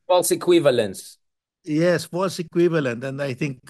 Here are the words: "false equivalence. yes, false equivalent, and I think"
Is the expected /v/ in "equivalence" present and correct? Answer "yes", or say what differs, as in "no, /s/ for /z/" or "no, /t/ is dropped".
yes